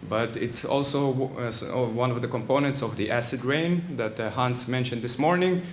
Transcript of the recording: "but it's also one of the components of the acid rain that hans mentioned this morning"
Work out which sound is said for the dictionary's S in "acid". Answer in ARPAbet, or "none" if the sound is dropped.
S